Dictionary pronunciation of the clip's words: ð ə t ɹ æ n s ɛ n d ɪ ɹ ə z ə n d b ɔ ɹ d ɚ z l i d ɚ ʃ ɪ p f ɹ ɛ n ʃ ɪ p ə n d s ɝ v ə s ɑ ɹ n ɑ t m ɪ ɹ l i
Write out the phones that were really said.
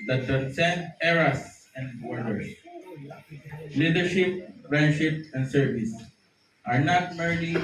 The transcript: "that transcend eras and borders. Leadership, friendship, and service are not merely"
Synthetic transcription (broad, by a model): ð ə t æ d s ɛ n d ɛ ɹ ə s ə n d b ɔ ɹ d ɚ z l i d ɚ ʃ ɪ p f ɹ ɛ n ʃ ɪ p ə n d s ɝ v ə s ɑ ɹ n ɑ t m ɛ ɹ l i